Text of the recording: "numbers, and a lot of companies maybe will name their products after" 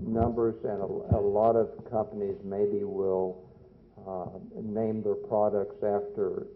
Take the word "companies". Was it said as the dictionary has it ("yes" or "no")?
yes